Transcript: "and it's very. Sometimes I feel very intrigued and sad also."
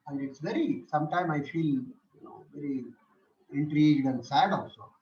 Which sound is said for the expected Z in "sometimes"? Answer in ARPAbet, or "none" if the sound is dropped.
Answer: none